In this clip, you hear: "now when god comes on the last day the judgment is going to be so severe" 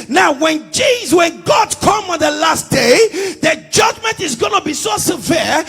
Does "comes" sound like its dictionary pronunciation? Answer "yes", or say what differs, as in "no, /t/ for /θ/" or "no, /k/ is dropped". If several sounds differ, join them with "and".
no, /z/ is dropped